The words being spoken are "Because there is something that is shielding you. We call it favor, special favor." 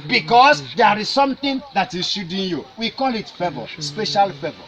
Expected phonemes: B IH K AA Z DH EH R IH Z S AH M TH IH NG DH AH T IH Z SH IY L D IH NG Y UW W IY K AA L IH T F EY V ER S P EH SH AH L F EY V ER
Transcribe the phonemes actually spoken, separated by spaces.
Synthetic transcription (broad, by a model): B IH K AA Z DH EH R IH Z S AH M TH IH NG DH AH T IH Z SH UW D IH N Y UW W IY K AA L IH T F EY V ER S P EH SH AH L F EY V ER